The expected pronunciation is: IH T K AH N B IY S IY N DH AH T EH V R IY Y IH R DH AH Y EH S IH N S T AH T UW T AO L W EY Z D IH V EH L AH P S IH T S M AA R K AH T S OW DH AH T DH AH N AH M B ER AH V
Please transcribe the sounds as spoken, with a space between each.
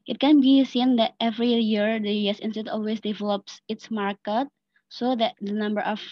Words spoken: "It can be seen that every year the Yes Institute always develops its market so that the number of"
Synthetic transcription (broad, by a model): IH T K AH N B IY S IY N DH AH T EH V R IY Y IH R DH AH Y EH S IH N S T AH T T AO L W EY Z D IH V EH L AH P S IH T S M AA R K AH T S OW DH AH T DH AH N AH M B ER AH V